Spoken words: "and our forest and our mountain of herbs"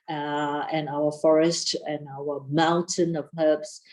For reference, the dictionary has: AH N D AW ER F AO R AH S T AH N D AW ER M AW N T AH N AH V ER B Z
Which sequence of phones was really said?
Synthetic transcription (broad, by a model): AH N AW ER F AO R AH S T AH N AW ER M AW N T AH N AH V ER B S